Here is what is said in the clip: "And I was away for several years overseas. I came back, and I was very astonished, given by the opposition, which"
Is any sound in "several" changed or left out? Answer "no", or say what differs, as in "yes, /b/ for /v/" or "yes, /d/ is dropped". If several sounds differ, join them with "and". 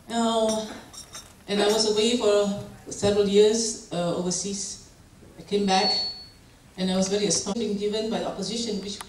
no